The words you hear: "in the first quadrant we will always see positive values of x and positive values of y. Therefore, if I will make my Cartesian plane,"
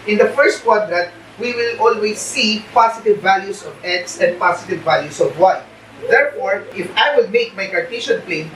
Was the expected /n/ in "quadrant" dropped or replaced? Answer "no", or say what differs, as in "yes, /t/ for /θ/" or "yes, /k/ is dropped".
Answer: yes, /n/ is dropped